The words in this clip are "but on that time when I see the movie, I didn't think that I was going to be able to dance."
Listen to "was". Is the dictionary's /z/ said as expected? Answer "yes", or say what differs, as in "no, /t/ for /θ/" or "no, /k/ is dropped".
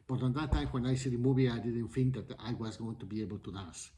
yes